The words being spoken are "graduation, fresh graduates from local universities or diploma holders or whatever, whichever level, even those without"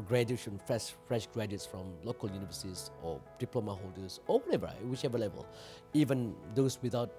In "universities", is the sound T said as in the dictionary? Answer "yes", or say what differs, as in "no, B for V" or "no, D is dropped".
no, S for T